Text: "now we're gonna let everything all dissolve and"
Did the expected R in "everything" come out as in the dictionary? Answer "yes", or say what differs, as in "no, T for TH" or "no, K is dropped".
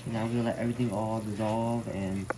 yes